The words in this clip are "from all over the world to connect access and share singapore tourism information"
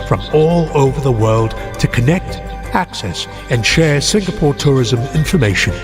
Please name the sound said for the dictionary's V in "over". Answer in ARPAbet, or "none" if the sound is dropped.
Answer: V